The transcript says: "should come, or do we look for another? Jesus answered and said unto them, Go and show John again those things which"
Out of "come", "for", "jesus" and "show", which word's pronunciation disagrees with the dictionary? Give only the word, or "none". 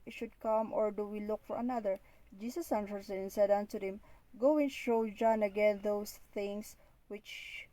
jesus